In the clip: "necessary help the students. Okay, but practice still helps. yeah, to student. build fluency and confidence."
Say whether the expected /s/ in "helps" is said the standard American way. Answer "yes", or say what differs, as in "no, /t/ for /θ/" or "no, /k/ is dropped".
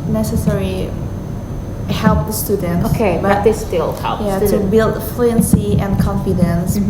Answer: no, /s/ is dropped